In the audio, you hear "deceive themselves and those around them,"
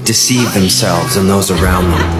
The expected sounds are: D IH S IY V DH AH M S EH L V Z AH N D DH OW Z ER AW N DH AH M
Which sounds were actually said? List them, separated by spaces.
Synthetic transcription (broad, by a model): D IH S IY V DH AH M S EH L V Z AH N DH OW Z ER AW N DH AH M